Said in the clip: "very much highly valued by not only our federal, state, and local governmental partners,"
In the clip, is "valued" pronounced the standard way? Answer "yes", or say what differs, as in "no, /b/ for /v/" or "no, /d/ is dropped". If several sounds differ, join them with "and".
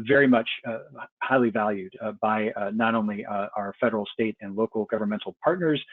yes